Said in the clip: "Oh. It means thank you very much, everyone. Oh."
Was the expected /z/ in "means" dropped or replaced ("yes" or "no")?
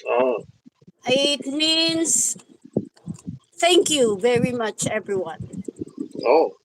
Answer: yes